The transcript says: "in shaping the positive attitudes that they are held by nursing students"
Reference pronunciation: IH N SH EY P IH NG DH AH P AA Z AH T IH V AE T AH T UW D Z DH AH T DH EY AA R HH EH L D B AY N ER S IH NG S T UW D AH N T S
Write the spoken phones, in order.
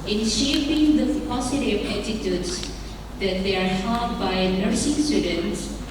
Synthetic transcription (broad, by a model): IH N SH EY P IH NG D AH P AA S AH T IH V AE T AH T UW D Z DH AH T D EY AA R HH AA D B AY N ER S IH NG S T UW D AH N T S